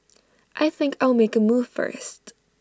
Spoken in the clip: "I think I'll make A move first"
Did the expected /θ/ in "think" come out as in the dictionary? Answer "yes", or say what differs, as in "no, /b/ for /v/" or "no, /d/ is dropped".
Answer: yes